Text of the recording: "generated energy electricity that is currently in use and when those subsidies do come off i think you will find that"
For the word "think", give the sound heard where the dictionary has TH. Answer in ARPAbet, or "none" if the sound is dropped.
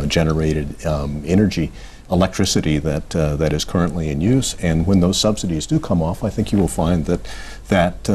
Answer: TH